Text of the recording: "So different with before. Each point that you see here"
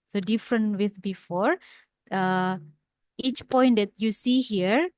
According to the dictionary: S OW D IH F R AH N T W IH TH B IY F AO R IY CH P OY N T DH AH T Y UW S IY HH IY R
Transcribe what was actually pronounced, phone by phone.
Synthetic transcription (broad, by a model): S OW D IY F R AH N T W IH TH B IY F AO R IY CH P OY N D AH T Y UW S IY HH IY R